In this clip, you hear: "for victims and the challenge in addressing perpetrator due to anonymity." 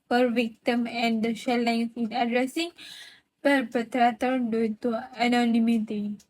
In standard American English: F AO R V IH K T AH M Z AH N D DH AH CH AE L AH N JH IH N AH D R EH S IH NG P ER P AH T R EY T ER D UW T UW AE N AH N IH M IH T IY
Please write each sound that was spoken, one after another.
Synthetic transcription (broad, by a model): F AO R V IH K T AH M AH N D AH SH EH L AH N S IH N AH D R EH S IH NG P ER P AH T R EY T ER D UW T UW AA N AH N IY M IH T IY